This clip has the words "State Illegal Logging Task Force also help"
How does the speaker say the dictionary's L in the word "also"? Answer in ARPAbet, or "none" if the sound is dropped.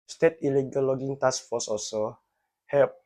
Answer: none